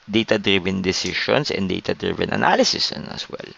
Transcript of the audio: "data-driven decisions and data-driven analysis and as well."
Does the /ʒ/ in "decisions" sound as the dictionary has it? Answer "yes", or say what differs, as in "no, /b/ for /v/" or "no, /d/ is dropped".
no, /ʃ/ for /ʒ/